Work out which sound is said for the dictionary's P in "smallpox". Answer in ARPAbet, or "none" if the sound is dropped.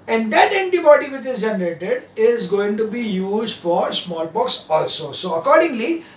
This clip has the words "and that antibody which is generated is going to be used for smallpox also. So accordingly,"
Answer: B